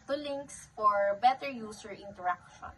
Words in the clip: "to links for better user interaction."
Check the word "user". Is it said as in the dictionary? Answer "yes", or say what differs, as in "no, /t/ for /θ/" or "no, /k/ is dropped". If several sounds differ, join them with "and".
no, /s/ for /z/